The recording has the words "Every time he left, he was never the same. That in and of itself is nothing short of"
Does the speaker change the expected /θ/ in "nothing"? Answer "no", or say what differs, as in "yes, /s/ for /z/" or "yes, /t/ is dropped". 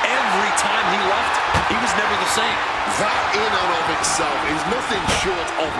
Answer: no